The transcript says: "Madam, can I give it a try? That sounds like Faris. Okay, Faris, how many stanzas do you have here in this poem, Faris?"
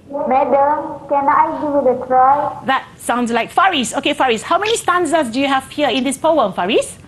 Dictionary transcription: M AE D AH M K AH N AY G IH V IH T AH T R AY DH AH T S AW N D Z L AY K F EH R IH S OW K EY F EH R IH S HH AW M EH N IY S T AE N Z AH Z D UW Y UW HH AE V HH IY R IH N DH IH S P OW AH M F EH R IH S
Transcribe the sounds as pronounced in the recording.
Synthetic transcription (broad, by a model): M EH D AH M K AH N AY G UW W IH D AH T R AY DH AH T S AW N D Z L AY K F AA R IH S OW K EY F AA R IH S HH AW M EH N IY S T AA N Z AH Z D UW Y UW HH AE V HH IY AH IH N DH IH S P OW AH M F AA R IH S